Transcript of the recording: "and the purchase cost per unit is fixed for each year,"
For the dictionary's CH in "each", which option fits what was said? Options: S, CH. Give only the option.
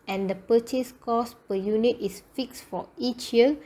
CH